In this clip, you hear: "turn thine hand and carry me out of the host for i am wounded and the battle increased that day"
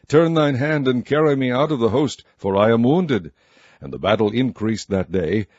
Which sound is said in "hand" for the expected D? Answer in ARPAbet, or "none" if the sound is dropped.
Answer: D